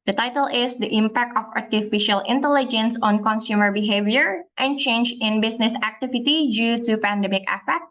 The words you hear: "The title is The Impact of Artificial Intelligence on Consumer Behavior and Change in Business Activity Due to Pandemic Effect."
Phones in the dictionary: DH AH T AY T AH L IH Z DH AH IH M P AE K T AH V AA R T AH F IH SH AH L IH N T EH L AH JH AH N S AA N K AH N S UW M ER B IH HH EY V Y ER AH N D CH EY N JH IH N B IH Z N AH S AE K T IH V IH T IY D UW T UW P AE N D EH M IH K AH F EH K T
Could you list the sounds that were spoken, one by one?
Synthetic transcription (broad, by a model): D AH T AY T AH L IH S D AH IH M P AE K T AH F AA R T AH F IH SH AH L IH N T EH L AH JH AH N S AA N K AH N S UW M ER B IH HH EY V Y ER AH N CH EY N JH IH N B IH S N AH S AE K T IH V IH T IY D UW T UW P AE N D EH M IH K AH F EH K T